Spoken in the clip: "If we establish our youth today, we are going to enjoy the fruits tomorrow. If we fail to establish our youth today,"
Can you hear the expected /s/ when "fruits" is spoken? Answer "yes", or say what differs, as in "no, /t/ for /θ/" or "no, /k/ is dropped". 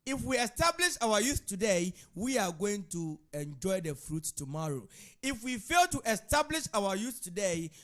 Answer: no, /s/ is dropped